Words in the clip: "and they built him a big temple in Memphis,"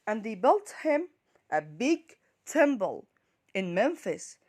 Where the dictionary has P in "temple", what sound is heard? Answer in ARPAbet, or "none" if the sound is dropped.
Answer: B